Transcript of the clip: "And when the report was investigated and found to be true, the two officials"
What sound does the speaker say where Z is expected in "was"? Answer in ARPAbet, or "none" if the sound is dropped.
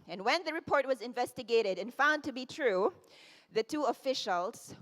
Z